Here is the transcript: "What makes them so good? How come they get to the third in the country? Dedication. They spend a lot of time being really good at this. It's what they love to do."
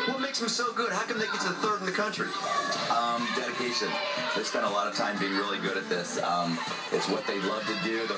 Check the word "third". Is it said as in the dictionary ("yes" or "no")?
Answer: yes